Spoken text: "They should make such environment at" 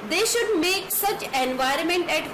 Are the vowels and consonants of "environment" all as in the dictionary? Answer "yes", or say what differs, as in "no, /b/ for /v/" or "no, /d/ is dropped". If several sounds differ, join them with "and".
yes